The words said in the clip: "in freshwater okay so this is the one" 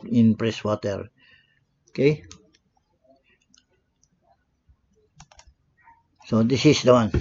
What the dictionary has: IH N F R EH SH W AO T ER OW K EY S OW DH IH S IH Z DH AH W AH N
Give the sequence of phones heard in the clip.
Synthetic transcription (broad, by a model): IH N P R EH S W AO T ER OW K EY S OW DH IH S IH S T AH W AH N